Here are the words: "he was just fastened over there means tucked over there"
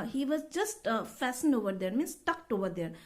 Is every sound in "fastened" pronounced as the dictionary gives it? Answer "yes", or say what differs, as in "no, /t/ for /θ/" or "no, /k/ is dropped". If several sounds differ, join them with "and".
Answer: yes